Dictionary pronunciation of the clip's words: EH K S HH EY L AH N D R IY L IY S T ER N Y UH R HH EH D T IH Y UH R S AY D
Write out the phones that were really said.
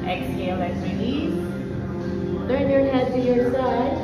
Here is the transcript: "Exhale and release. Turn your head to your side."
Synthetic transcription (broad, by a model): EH K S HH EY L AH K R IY N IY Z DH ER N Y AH R HH EH D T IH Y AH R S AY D